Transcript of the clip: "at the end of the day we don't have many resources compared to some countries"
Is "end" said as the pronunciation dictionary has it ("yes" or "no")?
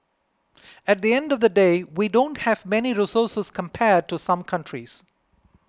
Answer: yes